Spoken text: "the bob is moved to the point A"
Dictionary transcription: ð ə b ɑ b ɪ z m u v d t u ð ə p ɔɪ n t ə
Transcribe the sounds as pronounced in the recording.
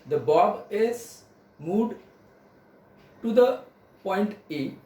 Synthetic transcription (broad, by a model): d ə b ɑ b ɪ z m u d t u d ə p ɔɪ n t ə